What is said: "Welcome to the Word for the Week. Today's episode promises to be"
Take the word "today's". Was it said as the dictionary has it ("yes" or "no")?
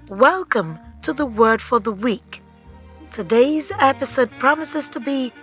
yes